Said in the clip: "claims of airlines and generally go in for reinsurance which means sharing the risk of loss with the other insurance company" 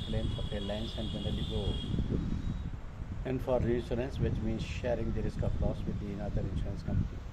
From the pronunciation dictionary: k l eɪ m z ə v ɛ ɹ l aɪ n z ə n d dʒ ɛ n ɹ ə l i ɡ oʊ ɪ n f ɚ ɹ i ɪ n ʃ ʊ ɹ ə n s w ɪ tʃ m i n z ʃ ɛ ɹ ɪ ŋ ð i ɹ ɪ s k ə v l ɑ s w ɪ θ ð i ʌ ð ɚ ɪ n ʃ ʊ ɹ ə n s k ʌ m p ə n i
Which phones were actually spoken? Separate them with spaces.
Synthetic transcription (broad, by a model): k l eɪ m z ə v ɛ l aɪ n s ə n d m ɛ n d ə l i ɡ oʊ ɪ n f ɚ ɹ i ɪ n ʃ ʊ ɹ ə n s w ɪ tʃ m i n z ʃ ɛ ɹ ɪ ŋ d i ɹ ɪ s k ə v l ɑ s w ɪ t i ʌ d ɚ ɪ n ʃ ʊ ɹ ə n s k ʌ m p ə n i